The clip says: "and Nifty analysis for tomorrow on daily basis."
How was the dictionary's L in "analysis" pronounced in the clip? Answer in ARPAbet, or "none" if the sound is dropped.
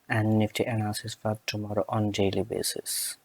none